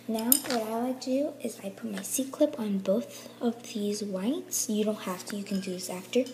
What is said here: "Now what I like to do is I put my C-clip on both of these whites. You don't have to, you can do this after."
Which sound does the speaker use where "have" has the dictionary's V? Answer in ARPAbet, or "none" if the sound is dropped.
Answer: F